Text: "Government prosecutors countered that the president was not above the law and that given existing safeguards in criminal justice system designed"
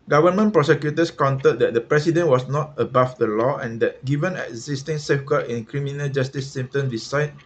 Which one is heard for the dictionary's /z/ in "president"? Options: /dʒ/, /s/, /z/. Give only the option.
/s/